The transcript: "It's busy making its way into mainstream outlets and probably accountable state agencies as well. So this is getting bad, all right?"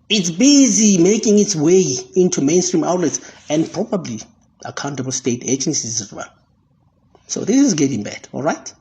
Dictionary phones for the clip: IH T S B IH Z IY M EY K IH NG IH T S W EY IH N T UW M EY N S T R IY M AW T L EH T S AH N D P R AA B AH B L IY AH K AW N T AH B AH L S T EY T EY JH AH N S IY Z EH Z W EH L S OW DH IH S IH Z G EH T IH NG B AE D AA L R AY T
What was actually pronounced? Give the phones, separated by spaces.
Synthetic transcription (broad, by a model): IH T S B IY Z IY M EY K IH NG IH T S W EY IH N T UW M EY N S T R IY M AW T L EH T S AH N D P R AA B AH B L IY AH K AW N T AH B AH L S T EY T EY JH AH N S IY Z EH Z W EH N S OW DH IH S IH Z G EH T IH NG B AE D AA L R AY T